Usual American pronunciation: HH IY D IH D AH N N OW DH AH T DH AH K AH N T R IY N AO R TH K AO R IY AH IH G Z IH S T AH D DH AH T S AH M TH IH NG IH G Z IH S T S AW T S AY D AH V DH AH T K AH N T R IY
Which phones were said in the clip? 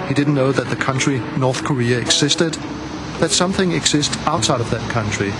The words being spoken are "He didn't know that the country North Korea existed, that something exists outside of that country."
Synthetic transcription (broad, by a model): HH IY D IH D N N OW DH AH T DH AH K AH N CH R IY N AO R TH K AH R IY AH IH G Z IH S T AH D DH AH T S AH M TH IH NG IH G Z IH S T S AW T S AY D AH V DH AH T K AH N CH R IY